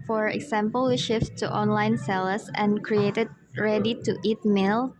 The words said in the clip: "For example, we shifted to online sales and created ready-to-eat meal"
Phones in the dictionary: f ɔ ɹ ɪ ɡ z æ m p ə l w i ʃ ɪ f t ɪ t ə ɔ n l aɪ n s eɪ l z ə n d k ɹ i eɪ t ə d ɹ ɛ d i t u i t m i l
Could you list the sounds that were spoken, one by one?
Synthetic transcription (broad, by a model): f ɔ ɹ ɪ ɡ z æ m p ə l w i ʃ ɪ f t ɪ t ɔ n l aɪ n s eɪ l s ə n k ɹ i eɪ t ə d ɹ ɛ d i t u i t m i l